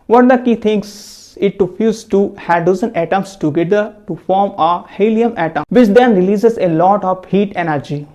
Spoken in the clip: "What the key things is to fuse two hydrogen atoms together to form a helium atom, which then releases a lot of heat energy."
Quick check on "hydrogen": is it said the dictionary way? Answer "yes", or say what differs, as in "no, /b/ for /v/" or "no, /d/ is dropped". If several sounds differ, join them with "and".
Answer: no, /ɹ/ is dropped and /z/ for /dʒ/